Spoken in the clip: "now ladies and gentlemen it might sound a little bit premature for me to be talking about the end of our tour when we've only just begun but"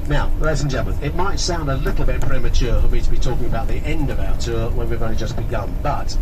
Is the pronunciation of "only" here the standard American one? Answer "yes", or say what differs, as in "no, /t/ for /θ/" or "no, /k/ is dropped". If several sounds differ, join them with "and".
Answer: no, /l/ is dropped